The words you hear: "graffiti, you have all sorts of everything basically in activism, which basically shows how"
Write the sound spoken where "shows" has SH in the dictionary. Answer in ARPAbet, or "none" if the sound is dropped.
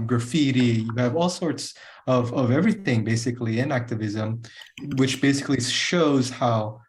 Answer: SH